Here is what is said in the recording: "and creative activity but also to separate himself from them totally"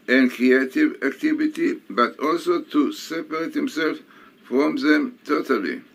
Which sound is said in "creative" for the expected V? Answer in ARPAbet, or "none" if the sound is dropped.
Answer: V